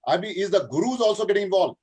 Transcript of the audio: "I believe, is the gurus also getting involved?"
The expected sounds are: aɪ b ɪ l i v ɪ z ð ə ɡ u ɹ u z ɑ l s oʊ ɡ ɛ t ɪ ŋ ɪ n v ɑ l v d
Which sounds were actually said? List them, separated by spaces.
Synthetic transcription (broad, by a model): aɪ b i ɪ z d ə ɡ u ɹ u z ɑ l s oʊ ɡ ɛ t ɪ ŋ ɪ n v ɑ l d